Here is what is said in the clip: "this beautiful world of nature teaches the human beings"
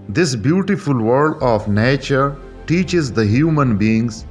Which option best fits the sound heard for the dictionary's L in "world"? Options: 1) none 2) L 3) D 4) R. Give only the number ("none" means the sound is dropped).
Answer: 1